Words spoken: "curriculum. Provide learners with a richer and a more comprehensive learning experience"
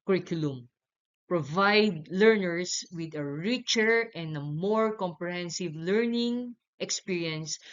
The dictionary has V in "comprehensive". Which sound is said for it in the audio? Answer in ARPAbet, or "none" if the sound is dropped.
V